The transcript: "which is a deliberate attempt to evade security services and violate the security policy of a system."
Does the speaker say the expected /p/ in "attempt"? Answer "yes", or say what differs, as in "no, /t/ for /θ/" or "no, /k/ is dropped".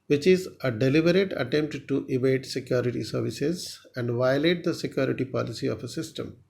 yes